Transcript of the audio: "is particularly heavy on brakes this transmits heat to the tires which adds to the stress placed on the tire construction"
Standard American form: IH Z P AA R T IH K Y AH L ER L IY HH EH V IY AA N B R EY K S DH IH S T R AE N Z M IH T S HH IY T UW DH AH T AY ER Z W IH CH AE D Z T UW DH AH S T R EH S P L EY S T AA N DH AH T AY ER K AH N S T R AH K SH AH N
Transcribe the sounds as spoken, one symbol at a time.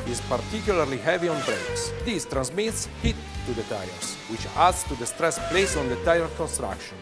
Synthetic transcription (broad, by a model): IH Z P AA R T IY K Y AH L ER L IY HH EH V IY AA N B R EY K S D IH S T R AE N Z M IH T S HH IY T UW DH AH T AY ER S W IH CH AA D S T UW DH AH S T R EH S P L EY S AA N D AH T AY ER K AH N S T R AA K SH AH N